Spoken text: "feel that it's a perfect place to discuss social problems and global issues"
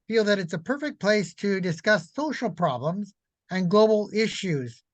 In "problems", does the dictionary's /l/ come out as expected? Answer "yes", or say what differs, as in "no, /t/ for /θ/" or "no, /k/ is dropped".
yes